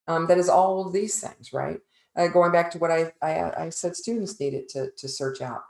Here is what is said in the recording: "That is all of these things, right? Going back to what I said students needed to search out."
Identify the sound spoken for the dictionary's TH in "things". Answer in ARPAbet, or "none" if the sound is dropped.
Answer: TH